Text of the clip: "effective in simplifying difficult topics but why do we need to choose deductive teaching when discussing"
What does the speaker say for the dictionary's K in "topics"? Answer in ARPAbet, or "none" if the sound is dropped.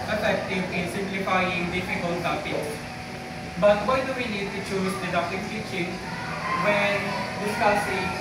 none